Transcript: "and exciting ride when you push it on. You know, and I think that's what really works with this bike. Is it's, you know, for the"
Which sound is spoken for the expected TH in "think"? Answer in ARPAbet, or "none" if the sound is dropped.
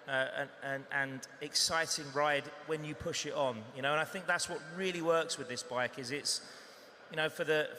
TH